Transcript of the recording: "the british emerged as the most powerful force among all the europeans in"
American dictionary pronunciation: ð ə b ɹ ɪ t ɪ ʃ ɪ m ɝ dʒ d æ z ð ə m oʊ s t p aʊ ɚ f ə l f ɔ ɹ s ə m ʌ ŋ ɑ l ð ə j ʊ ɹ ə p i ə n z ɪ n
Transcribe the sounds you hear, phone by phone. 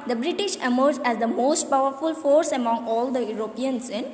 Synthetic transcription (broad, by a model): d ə b ɹ ɪ t ɪ ʃ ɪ m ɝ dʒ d æ z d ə m oʊ s t p aʊ ɚ f ə l f ɔ ɹ s ə m ʌ ŋ ɑ l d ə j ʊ ɹ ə p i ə n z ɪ n